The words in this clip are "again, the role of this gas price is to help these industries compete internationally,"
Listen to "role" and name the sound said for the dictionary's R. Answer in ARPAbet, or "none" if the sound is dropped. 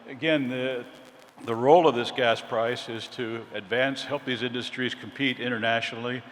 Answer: R